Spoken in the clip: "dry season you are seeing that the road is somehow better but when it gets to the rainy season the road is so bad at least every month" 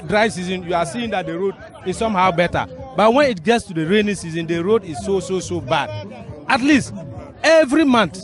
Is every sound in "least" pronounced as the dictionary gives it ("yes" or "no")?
yes